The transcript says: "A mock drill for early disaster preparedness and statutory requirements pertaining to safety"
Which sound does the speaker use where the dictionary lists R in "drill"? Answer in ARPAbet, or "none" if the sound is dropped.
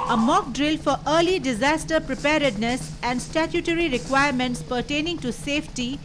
R